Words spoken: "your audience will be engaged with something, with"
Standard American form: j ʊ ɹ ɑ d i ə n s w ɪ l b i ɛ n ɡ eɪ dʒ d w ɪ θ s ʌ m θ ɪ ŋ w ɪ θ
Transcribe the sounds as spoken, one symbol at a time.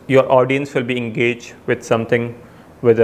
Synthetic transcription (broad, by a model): j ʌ ɹ ɑ d i ə n s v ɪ l b i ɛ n ɡ eɪ dʒ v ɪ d s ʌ m t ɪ ŋ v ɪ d